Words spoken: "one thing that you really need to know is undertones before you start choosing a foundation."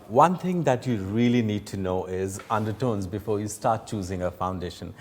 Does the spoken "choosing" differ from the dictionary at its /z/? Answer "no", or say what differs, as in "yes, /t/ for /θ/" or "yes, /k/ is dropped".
no